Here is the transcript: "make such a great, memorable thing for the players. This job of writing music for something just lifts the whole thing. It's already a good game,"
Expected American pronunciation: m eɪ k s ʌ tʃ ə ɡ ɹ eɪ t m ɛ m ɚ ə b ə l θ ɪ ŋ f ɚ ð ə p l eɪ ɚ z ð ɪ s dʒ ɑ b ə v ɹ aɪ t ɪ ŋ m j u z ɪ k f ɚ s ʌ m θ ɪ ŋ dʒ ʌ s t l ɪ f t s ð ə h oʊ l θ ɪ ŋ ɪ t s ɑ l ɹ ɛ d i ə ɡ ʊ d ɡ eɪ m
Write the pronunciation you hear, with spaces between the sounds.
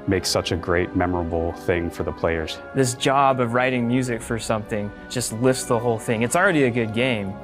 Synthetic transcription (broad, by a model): m eɪ k s ʌ tʃ ə ɡ ɹ eɪ t m ɛ m ɚ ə b l θ ɪ ŋ f ɚ ð ə p l eɪ ɚ z ð ɪ s dʒ ɑ b ə v ɹ aɪ t ɪ ŋ m j u z ɪ k f ɚ s ʌ m θ ɪ ŋ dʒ ʌ s t l ɪ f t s ð ə h oʊ l θ ɪ ŋ ɪ t s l ɹ ɛ d i ə ɡ ʊ d ɡ eɪ m